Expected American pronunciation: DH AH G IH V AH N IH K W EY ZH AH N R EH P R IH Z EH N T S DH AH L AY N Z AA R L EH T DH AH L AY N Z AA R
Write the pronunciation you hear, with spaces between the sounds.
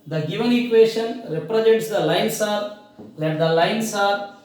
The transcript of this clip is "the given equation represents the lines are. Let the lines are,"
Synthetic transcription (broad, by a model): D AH G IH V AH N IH K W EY SH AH N R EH P R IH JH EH T S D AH L AY N S AA R L EH T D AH L AY N S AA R